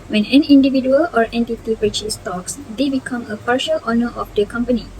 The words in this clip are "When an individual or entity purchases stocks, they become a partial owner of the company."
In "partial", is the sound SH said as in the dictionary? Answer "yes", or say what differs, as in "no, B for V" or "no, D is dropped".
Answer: yes